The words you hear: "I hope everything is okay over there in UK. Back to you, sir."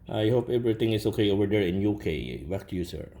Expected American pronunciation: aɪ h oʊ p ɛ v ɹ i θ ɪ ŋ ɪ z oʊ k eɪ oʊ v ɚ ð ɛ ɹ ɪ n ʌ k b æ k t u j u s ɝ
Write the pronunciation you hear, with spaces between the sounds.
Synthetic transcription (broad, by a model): aɪ h oʊ p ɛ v ɹ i t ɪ ŋ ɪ s oʊ k eɪ oʊ v ɚ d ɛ ɹ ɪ n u k b æ k t u j u s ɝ